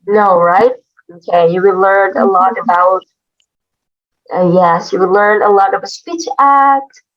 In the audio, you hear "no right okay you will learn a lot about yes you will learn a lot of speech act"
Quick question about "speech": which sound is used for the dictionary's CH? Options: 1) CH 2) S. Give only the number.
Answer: 1